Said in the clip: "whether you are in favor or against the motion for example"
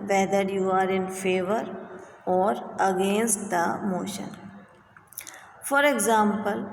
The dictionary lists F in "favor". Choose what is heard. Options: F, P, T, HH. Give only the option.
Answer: F